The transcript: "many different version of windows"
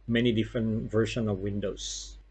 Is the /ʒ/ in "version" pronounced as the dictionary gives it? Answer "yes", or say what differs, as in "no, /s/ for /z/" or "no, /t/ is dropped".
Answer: no, /ʃ/ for /ʒ/